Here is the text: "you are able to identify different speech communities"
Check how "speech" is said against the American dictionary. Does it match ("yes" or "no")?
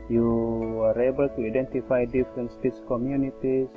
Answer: no